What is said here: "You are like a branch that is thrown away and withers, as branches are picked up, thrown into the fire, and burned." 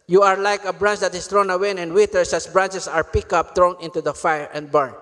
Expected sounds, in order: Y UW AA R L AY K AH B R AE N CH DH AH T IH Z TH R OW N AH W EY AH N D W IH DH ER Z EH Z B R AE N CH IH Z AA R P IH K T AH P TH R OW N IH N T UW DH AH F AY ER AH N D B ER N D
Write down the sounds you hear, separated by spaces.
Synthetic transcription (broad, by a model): Y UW AA R L AY K AH B R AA N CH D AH T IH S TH R OW N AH W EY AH N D W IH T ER S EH S B R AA N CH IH S AA R P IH K AH P T R OW N IH N T UW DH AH F AY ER AH N D B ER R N